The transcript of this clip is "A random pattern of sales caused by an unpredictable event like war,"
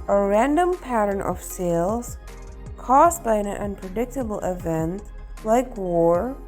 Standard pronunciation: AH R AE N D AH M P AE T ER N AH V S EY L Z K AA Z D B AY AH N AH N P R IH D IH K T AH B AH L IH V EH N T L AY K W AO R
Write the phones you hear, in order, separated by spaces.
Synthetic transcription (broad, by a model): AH R AE N D AH M P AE T ER N AH V S EY L Z K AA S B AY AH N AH N P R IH D IH K T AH B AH L IH V EH N T L AY K W AO R